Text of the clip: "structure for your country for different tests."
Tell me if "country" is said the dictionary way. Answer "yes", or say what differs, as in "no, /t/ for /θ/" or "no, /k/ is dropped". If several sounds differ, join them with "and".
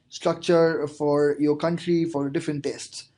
yes